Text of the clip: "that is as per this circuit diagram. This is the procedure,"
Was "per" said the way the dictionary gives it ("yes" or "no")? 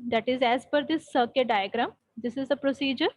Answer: no